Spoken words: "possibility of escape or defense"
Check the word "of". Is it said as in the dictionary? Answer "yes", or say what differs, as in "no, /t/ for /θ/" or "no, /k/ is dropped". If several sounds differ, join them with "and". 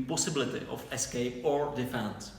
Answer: no, /f/ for /v/